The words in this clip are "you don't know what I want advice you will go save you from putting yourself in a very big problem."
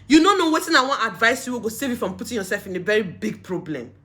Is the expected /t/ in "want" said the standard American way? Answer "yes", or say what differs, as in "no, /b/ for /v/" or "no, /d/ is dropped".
no, /t/ is dropped